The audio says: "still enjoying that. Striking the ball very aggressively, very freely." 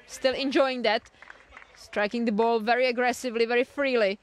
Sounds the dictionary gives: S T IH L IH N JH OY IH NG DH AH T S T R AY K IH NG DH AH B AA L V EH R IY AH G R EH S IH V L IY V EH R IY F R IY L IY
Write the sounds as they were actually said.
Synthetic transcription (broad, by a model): S T IH L IH N JH OY IH NG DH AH T S T R AY K IH NG DH AH B AA L V EH R IY AH G R EH S IH V L IY V EH R IY F R IY L IY